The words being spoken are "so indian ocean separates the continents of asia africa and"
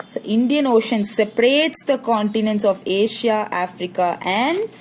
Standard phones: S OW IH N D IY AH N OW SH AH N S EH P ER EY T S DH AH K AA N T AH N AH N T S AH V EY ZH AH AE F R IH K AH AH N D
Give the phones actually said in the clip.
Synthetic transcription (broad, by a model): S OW IH N D IY AH N OW SH AH N S EH P ER EY T S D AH K AA N T AH N AH N T S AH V EY SH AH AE F R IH K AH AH N D